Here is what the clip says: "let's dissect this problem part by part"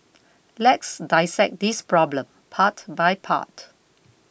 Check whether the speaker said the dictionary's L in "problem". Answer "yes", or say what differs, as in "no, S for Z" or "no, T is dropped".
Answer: yes